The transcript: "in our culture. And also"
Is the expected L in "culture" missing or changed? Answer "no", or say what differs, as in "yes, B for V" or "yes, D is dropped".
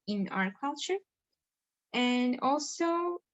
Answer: no